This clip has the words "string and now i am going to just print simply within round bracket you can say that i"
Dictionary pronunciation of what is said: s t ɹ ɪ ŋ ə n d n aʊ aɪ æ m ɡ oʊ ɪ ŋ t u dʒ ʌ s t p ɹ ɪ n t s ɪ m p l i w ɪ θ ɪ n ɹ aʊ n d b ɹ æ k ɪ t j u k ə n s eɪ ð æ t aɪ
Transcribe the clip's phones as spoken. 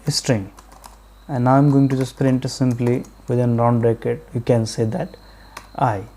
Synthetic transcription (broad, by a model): s t ɹ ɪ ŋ ə n d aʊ aɪ m ɡ oʊ ɪ ŋ t u dʒ ʌ s t p ɹ ɪ n t s ɪ m p l i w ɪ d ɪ n ɹ aʊ n d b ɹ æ k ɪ t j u k ə n s eɪ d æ t aɪ